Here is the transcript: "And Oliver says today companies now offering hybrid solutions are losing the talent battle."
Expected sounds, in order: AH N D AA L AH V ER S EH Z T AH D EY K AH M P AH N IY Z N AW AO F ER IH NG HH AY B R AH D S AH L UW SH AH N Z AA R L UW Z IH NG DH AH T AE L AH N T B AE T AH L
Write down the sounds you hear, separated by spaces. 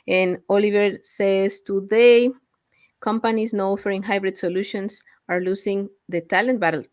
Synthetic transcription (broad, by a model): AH N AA L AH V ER S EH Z T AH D EY K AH M P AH N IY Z N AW AO F ER IH NG HH AY B R AH D S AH L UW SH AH N S AA R L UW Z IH NG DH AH T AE L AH N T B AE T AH L